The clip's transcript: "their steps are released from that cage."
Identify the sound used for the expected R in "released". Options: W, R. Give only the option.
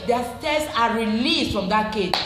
R